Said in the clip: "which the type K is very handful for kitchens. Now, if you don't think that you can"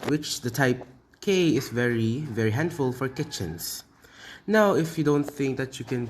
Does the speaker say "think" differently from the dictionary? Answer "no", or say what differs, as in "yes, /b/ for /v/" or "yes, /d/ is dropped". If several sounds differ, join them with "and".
no